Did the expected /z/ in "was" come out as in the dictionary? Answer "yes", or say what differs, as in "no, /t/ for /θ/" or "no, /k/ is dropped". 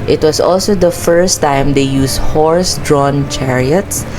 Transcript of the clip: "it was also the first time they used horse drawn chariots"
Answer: no, /s/ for /z/